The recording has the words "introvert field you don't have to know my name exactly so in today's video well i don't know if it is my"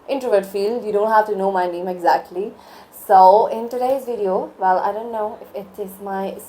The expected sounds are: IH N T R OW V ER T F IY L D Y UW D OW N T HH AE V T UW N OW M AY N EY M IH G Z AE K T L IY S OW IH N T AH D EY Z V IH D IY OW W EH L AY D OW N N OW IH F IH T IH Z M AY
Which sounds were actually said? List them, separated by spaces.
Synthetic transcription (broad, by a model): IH N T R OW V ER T F IY L D Y UW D OW N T HH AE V T UW N OW M AY N EY M IH G Z AE K T L IY S OW IH N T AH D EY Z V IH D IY OW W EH L AY D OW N N OW IH F IH T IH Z M AY